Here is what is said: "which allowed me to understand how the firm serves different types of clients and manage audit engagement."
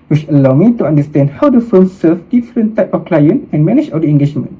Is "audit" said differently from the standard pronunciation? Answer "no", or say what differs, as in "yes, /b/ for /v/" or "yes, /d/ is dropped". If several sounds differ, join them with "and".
yes, /t/ is dropped